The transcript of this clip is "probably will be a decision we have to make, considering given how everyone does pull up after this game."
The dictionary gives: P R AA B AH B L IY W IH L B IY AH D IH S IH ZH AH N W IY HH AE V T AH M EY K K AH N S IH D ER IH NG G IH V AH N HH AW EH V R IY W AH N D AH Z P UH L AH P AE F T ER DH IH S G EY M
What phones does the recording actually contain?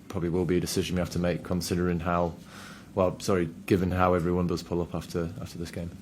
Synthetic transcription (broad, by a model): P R AA B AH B L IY W IH L B IY AH D IH S IH ZH AH N W IY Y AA F T AH M EY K K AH N S IH D ER IH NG G IH V AH N HH AW EH V R IY W AH N D AH Z P UH L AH P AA F T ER DH IH S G EY M